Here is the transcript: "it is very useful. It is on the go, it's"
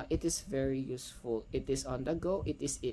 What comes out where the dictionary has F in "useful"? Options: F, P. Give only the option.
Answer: F